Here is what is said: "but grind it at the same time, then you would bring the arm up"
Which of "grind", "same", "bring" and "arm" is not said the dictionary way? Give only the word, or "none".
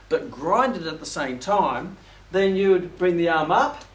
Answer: none